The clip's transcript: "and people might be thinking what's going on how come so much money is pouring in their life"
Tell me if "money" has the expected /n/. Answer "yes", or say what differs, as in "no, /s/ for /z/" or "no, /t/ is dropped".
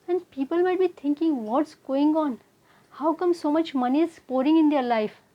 yes